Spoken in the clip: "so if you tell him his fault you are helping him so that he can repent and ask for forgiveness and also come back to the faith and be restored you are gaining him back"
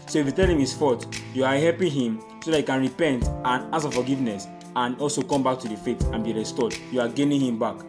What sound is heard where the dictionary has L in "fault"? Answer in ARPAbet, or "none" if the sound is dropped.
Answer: none